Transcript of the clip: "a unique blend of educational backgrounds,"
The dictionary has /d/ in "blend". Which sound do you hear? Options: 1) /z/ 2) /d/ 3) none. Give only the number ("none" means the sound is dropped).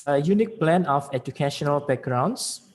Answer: 3